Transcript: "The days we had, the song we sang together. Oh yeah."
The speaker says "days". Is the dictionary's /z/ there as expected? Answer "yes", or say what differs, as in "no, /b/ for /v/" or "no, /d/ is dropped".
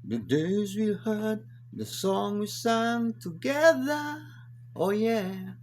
yes